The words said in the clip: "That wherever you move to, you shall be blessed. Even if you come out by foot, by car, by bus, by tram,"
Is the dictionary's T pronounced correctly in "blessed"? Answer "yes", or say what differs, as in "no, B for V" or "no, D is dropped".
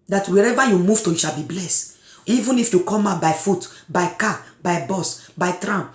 yes